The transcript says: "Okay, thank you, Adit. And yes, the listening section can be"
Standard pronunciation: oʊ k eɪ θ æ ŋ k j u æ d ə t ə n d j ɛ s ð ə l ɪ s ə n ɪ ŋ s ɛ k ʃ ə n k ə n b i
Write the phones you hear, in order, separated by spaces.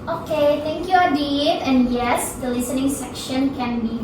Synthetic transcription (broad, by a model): oʊ k eɪ t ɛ ŋ k j u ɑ d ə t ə n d j ɛ s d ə l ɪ s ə n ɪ ŋ s ɛ k ʃ ə n k ə n b i